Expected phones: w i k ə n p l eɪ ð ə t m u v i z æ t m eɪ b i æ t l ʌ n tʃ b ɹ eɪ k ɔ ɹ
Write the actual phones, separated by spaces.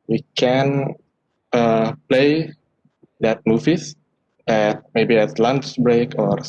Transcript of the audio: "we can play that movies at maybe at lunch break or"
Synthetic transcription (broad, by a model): w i k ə n p l eɪ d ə t m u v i s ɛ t m eɪ b i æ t l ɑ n s b ɹ eɪ k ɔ ɹ